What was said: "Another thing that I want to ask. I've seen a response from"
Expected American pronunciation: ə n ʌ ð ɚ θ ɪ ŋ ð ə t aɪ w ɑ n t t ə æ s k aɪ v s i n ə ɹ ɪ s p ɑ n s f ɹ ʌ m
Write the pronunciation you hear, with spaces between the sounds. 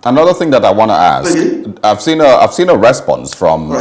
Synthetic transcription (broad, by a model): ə n ʌ ð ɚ θ ɪ ŋ ð ə t aɪ w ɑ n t t ə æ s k aɪ v s i n ə ɹ ɪ s p ɑ n s f ɹ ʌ m